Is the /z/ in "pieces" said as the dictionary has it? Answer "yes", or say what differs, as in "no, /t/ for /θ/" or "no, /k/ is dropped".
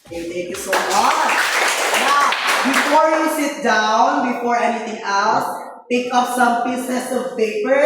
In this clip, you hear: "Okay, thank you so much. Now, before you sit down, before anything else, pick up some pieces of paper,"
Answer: no, /s/ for /z/